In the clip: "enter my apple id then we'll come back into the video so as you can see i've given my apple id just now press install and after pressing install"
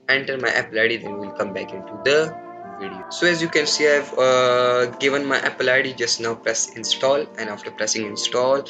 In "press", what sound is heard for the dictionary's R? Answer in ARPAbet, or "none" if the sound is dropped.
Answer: R